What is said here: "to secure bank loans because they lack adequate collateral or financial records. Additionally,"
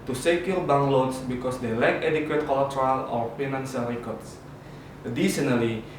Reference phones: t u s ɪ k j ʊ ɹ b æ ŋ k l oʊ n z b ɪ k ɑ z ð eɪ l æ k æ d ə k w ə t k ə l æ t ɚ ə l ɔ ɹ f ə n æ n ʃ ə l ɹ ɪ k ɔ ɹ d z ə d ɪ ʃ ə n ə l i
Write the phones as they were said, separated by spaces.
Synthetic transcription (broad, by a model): t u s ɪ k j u l b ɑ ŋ l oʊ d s b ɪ k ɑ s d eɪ l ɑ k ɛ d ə k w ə t k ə l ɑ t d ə l ɔ ɹ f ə n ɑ n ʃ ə l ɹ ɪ k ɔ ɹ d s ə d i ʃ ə n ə l i